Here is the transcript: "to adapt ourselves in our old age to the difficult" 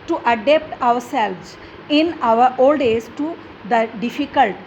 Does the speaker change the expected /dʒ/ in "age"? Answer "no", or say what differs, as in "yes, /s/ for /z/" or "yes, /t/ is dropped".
yes, /z/ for /dʒ/